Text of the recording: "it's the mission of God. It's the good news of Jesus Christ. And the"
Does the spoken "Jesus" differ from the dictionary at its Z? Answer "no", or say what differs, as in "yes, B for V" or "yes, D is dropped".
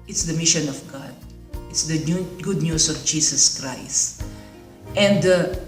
yes, S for Z